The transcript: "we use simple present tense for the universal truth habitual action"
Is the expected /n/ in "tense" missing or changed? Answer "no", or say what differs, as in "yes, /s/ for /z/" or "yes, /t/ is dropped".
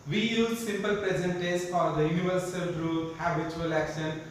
yes, /n/ is dropped